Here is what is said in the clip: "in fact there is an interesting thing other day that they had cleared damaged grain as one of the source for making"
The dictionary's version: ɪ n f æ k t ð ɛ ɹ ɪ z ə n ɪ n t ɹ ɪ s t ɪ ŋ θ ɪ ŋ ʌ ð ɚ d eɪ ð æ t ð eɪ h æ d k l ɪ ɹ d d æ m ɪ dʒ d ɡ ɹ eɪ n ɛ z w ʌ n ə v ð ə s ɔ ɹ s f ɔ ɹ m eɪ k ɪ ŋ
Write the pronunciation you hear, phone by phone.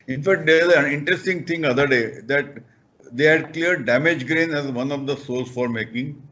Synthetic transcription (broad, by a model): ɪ n f æ k t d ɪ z ə n ɪ n t ɹ ɪ s t ɪ ŋ t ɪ ŋ ʌ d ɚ d eɪ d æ t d eɪ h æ d k l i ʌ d d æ m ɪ dʒ ɡ ɹ eɪ n ɛ z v ʌ n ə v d ə s ɔ l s f ɔ ɹ m eɪ k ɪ ŋ